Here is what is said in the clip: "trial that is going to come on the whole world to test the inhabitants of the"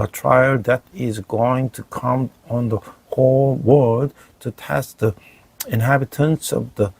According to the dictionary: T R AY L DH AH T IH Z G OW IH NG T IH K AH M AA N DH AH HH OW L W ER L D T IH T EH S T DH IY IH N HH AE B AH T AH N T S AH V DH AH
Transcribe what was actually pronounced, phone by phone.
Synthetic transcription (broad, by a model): T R AY L DH AH T IH Z G OW IH NG T IH K AH M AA N DH AH HH OW L W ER D T IH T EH S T DH IY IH N HH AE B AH T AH N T S AH V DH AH